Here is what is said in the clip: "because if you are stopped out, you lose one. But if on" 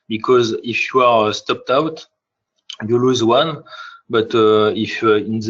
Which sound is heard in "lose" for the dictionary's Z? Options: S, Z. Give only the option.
Z